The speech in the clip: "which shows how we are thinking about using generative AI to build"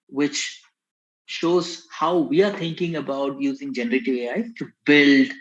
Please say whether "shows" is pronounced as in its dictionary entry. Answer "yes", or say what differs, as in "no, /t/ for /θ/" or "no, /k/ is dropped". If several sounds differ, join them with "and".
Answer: yes